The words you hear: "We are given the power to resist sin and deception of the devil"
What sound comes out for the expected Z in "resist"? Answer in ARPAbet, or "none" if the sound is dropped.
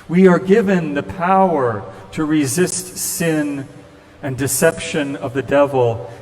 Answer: Z